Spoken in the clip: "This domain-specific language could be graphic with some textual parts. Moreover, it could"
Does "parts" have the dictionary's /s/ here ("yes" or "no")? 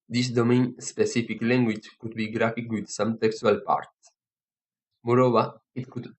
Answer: no